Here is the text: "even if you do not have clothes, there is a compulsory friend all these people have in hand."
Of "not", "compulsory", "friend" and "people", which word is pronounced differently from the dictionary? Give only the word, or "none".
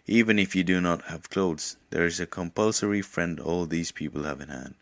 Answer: none